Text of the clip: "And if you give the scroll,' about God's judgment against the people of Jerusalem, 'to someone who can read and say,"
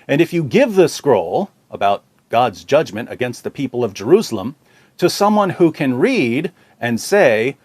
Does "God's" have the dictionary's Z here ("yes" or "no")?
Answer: yes